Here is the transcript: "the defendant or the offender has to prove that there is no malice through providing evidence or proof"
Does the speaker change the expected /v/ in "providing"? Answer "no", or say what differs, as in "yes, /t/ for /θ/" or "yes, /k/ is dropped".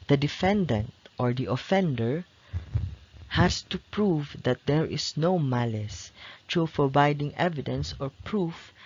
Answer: yes, /b/ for /v/